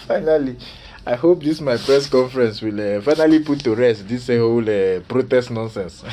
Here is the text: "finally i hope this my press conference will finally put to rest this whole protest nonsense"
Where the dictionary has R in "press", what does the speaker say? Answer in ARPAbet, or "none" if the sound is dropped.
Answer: R